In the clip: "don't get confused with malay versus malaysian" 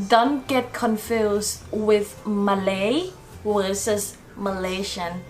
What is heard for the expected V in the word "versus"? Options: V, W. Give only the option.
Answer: W